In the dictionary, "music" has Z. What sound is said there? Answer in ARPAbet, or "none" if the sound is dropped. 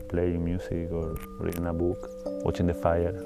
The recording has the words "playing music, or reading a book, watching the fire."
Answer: S